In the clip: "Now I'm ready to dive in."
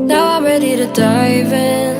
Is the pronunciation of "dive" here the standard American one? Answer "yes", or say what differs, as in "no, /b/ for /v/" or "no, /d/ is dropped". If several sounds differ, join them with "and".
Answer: yes